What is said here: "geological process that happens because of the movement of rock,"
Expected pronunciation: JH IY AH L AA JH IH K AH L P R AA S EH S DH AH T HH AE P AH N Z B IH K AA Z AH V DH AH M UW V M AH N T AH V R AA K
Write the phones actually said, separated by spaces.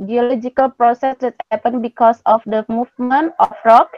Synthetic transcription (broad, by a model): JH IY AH L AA JH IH K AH L P R AA S EH S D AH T HH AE P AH N B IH K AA S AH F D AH M UW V M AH N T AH F R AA K